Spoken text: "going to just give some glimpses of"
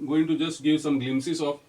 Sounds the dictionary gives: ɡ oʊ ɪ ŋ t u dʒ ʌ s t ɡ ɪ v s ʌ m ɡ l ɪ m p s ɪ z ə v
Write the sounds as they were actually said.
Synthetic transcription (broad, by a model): ɡ oʊ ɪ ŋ t u dʒ ʌ s t ɡ ɪ v s ʌ m ɡ l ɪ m s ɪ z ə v